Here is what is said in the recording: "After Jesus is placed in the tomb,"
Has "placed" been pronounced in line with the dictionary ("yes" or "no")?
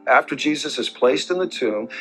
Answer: yes